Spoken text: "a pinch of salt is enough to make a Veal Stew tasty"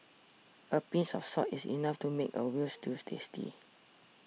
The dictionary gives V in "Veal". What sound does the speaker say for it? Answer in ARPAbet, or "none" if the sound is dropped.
W